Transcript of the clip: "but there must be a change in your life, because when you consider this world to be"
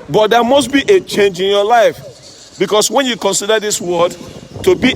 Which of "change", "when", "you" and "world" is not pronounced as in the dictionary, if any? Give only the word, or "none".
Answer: world